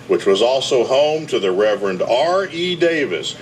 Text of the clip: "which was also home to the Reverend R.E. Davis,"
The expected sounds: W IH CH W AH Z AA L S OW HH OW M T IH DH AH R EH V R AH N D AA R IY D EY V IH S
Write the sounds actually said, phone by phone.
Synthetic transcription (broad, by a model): W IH CH W AH Z AA L S OW HH OW M T IH DH AH R EH V R AH N D AA R IY D EY V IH S